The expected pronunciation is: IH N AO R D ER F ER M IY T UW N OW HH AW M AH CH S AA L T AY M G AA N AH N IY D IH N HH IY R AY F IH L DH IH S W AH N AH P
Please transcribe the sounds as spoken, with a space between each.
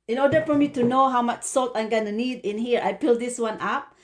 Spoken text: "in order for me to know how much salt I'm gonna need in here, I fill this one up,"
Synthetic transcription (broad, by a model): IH N AO D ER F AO M IY T UW N OW HH AW M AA CH S AA L T AY M G AA N AH N IY D IH N HH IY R AY P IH L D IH S W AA N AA P